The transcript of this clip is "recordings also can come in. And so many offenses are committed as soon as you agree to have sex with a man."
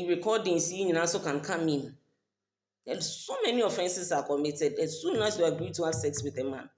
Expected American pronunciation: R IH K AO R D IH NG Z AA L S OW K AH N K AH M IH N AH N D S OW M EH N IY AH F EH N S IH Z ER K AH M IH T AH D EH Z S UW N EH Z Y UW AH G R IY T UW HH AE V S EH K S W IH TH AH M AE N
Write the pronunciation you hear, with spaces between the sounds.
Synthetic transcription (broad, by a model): R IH K AO D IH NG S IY N S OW K AH N K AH M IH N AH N S OW M EH N IY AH F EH N S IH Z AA K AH M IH T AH D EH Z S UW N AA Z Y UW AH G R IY T UW HH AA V S EH K S W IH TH AH M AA N